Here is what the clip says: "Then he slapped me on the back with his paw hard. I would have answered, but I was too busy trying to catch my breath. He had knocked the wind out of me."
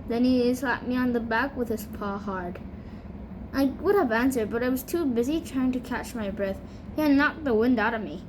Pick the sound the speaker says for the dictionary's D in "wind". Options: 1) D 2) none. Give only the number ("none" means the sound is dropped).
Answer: 1